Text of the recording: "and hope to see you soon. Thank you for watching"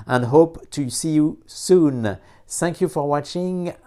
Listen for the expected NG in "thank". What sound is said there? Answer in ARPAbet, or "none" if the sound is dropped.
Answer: NG